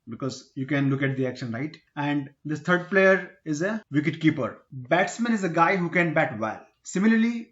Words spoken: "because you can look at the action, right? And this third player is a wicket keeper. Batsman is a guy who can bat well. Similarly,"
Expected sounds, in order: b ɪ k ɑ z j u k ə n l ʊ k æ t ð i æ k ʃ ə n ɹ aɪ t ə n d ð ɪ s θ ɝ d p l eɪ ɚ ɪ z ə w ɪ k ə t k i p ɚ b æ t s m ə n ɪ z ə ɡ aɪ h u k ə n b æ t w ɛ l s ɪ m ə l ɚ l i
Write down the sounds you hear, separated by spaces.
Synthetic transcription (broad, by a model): b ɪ k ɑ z j u k ə n l ʊ k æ t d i æ k ʃ ə n ɹ aɪ t ə n d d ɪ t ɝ d p l eɪ ɚ ɪ z ə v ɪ k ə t k i p ɚ b æ t s m ə n ɪ z ə ɡ aɪ h u k ə n b æ t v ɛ l s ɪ m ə l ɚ l i